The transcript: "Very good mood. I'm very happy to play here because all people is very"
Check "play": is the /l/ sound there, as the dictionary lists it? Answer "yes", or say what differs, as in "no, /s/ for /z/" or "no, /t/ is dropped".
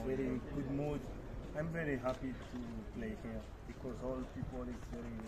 yes